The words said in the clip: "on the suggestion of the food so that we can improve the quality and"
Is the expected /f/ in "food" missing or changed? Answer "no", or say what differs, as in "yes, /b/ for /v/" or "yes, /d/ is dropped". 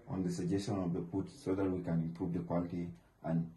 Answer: yes, /p/ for /f/